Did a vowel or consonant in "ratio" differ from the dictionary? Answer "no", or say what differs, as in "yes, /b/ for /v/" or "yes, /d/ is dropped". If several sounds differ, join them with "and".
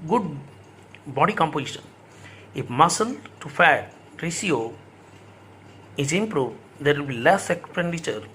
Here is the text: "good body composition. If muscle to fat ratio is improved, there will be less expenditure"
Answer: yes, /s/ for /ʃ/